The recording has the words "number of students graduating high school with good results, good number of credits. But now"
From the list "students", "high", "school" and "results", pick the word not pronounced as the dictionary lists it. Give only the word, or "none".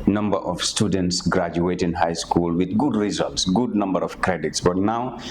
none